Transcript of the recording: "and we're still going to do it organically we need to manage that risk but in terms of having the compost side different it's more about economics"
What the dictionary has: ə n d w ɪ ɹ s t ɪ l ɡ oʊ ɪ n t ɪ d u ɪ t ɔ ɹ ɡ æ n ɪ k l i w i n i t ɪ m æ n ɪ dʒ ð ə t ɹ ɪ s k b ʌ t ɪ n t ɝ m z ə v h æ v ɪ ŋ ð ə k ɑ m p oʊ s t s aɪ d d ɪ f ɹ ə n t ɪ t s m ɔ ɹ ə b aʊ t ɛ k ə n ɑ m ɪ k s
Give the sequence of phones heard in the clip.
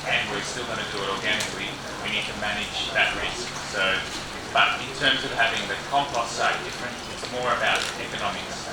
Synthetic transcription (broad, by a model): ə n w ɪ ɹ s t ɪ l ɡ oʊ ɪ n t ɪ d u ɪ t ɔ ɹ ɡ æ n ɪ k l i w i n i t ɪ m æ n ɪ dʒ ð ə t ɹ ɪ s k b ʌ t ɪ n t ɝ m z ə v h æ v ɪ ŋ ð ə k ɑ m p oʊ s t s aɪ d d ɪ f ɹ ə n t ɪ t s m ɔ ɹ ə b aʊ t ɛ k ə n ɑ m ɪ k s